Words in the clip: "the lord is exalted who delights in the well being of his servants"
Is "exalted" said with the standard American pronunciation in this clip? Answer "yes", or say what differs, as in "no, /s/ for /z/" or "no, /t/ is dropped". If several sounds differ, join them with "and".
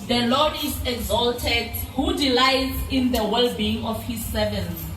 yes